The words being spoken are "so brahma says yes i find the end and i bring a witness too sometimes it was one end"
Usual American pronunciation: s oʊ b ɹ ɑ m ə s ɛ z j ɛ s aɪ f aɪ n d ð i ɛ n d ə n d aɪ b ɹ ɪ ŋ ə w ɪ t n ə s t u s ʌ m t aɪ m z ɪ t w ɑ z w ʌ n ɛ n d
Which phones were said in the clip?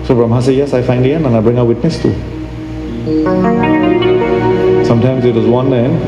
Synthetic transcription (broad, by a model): s oʊ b ɹ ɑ m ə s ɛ j ɛ s aɪ f aɪ n d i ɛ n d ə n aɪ b ɹ ɪ ŋ ə w ɪ t n ə s t u s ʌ m t aɪ m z ɪ t w ɑ z w ʌ n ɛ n